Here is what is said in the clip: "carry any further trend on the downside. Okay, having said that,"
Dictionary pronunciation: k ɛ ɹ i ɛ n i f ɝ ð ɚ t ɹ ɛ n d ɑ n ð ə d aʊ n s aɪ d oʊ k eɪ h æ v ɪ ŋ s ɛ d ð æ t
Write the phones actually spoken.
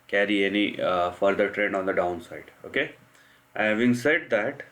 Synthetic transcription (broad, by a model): k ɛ ɹ i ɛ n i f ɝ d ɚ t ɹ ɛ n d ɑ n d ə d aʊ n s aɪ d oʊ k eɪ h æ v ɪ ŋ s ɛ d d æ t